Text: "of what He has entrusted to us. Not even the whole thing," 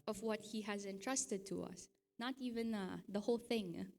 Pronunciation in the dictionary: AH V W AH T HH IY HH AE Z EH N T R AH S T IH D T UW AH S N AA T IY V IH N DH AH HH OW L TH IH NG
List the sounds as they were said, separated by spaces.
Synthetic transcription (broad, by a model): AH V W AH T HH IY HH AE Z EH N T R AH S T IH D T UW AH S N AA T IY V IH N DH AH HH OW L TH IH NG